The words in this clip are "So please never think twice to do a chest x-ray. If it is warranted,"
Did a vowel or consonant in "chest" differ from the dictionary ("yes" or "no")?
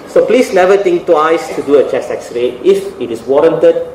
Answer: yes